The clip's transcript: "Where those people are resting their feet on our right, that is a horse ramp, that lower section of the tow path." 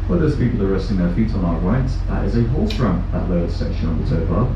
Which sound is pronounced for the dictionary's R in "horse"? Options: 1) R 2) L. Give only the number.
2